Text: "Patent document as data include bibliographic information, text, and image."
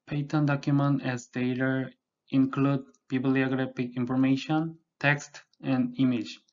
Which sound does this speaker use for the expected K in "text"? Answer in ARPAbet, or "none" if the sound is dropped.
K